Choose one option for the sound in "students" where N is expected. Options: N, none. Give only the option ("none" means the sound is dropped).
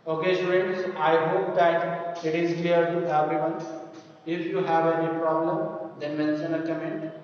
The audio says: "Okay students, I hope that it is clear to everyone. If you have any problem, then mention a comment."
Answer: none